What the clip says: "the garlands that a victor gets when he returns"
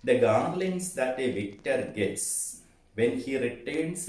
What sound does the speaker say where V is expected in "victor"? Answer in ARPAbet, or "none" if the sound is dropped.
V